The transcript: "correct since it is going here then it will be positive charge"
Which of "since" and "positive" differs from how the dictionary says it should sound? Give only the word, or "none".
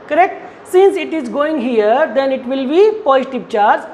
positive